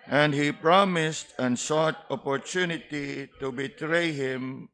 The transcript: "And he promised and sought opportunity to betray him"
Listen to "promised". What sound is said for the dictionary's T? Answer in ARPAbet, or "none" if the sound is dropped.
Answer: T